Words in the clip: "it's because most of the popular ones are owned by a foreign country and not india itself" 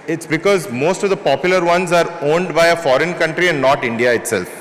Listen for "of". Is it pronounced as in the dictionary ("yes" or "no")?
yes